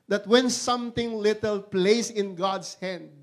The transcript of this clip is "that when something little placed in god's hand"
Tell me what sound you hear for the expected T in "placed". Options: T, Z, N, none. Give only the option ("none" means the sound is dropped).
none